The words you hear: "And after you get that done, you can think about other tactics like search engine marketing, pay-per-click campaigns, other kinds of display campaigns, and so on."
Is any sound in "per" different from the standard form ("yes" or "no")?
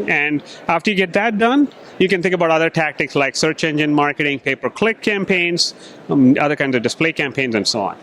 no